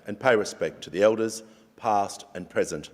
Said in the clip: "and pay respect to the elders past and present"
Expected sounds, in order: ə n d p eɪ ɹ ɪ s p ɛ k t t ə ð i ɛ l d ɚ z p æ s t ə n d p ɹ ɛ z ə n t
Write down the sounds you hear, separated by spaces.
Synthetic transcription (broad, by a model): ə n p eɪ ɹ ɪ s p ɛ k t t ə ð i ɛ l d ɚ z p æ s t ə n p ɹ ɛ z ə n t